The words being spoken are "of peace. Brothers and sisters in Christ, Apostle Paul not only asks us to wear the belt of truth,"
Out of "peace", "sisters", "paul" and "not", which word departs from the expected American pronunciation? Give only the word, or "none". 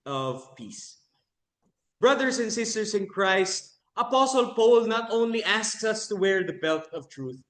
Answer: sisters